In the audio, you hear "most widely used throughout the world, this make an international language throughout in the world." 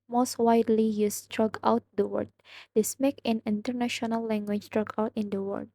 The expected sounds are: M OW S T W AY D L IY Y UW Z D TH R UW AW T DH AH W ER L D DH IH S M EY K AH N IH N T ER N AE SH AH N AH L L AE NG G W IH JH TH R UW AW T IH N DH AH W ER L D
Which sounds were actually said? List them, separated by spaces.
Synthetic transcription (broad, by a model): M OW S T W AY D L IY Y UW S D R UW AW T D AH W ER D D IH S M EY K AH N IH N T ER N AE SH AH N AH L L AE NG G W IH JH T R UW AW T IH N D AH W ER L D